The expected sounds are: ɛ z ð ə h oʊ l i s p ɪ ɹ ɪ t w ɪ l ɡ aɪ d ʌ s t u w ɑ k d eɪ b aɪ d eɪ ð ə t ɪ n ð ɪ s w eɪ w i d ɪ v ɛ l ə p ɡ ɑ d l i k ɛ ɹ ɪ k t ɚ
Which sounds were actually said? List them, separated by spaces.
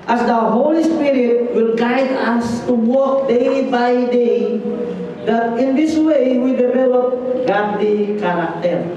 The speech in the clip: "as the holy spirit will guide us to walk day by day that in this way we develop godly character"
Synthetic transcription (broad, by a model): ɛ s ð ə h oʊ l i s p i ɹ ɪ t w ɪ l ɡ aɪ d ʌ s t u w ɑ k d eɪ b aɪ d eɪ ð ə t ɪ n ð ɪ s w eɪ w i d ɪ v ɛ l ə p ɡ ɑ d i k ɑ ɹ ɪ k t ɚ